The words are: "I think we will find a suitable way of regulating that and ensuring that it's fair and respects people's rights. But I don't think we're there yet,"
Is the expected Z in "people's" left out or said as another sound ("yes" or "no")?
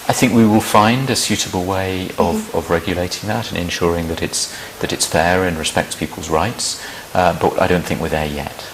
no